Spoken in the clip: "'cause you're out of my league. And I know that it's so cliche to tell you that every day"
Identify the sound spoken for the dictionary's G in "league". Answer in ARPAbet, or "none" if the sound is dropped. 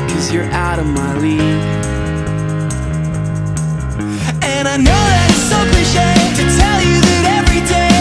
none